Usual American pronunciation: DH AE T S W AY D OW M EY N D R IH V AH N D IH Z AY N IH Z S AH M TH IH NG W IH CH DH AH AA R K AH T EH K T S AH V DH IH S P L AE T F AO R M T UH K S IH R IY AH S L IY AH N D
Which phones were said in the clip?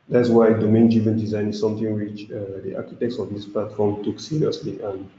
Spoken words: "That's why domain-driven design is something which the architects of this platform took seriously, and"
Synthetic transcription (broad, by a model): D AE T S W AY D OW M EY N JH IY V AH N D IH Z AY N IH S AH M T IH NG W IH CH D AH AA K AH T EH K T S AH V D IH S P L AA T F AO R M T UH K S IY R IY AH S L IY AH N